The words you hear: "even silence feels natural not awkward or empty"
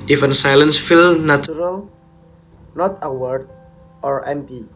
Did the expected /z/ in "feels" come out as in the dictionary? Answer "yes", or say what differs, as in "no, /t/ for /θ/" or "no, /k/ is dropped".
no, /z/ is dropped